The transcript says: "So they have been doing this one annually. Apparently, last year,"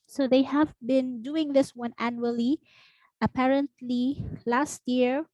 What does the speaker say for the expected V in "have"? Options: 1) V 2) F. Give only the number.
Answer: 1